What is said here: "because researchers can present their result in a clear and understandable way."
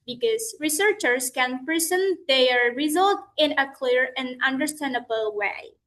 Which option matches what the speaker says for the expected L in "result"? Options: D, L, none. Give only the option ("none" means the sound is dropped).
L